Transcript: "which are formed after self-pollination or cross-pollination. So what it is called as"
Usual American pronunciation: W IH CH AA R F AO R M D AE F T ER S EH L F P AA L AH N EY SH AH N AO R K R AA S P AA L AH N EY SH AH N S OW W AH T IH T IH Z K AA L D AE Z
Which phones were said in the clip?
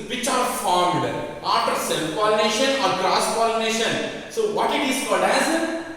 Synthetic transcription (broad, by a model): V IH CH AA R F AO R M D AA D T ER S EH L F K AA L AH N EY SH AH N AO R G R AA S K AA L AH N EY SH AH N S OW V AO T IH T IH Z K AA D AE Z